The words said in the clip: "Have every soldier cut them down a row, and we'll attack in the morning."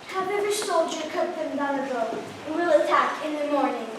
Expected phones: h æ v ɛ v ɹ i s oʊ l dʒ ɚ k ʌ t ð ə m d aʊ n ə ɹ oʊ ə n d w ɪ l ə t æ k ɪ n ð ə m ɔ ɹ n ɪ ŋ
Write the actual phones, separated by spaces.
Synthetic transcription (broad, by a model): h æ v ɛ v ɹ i s oʊ l dʒ ɚ k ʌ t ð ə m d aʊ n ə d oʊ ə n w ɪ l ə t æ k ɪ n ð ə m ɔ ɹ n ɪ ŋ